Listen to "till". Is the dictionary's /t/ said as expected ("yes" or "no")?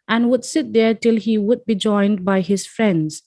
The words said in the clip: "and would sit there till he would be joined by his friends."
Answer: yes